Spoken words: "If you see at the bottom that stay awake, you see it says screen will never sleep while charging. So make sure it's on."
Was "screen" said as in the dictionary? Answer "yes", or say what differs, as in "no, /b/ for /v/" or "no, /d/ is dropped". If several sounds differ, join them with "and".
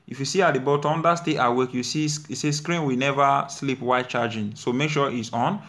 yes